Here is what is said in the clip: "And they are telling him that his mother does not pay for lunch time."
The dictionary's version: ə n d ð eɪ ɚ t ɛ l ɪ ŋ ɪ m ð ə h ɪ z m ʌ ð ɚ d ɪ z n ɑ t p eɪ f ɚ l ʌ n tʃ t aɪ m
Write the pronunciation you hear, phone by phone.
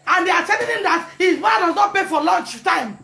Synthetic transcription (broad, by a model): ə n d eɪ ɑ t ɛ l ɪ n ɪ m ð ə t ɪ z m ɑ ɑ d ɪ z n ɑ t p eɪ f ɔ l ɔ n tʃ t aɪ m